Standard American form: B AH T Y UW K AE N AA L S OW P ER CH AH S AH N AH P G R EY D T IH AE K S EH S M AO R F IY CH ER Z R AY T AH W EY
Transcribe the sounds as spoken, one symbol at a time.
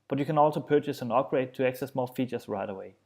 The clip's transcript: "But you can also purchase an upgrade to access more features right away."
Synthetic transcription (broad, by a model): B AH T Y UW K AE N AA L S OW P ER CH AH S AH N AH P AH R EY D T IH AE K S EH S M AO L F IY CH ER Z R AY T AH W EY